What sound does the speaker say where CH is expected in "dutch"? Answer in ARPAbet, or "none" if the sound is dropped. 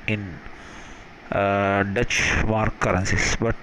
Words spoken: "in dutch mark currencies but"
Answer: CH